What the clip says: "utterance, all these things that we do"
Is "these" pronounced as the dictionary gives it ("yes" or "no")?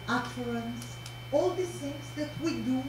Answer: no